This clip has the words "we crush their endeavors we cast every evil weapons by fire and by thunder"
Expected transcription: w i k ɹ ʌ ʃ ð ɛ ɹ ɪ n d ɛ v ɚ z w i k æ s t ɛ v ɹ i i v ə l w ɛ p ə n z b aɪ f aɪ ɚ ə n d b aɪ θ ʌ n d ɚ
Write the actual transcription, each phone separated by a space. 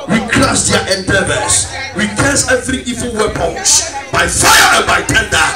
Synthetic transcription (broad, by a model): w i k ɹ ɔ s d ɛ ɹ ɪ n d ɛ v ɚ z w i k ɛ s ɛ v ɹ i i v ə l w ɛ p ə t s b aɪ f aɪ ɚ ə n b aɪ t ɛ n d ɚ